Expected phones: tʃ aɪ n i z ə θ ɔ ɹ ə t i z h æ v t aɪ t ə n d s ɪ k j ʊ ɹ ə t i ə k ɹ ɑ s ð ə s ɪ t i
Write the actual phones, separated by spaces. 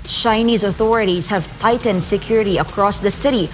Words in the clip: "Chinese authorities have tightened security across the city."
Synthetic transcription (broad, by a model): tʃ aɪ n i z ə θ ɔ ɹ ə t i z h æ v t aɪ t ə n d s ɪ k j ʊ ɹ ə t i ə k ɹ ɑ s ð ə s ɪ t i